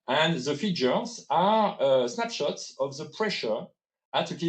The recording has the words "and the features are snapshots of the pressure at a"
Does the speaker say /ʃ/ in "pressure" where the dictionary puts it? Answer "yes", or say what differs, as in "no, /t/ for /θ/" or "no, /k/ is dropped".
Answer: yes